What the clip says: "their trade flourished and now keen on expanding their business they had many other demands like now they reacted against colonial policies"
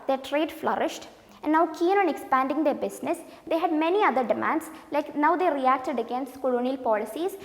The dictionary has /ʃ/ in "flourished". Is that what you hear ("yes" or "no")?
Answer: yes